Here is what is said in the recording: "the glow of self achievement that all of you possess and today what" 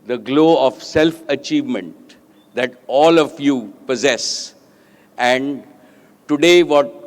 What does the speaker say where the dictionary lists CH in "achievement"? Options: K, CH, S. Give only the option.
CH